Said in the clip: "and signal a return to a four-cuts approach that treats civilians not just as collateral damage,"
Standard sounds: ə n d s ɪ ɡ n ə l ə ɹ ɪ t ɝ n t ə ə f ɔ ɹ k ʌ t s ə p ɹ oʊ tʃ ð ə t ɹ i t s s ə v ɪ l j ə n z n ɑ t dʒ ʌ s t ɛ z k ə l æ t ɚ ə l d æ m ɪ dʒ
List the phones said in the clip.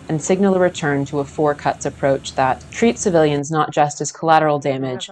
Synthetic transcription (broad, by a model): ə n s ɪ ɡ n l ə ɹ ɪ t ɝ n t ə ə f ɔ ɹ k ʌ t s ə p ɹ oʊ tʃ ð ə t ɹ i t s s ə v ɪ l j ə n z n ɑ t dʒ ʌ s t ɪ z k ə l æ t ɚ l d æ m ɪ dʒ